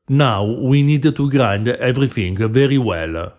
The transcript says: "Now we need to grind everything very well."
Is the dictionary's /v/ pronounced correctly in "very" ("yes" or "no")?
yes